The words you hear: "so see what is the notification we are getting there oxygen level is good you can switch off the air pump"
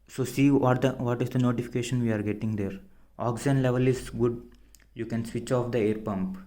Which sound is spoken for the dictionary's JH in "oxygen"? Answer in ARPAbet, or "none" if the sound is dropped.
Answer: none